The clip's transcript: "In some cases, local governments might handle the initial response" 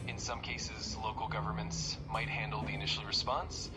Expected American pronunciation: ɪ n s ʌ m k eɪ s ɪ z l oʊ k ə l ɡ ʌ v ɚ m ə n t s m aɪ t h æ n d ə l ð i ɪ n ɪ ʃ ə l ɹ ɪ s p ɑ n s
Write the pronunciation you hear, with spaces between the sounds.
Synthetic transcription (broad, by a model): ɪ n s ʌ m k eɪ s ɪ z l oʊ k l ɡ ʌ v ɚ m ə n t s m aɪ t h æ n d l ð i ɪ n ɪ ʃ l ɹ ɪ s p ɑ n s